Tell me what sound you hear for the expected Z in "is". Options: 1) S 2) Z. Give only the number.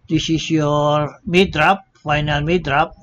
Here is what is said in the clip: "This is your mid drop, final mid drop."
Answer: 1